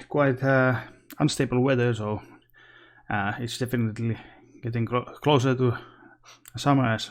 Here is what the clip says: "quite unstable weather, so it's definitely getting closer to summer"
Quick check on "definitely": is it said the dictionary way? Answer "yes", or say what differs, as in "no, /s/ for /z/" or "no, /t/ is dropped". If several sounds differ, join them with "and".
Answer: yes